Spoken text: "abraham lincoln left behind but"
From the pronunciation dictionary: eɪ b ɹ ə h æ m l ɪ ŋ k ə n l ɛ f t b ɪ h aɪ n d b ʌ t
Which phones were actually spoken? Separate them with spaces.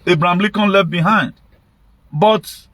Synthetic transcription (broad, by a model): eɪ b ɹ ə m l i k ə n l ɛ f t b ɪ h aɪ n d b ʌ t